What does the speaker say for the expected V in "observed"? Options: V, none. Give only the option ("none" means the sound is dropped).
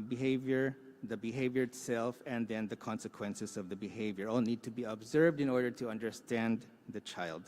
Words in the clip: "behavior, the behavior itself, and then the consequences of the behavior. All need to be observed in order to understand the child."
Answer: V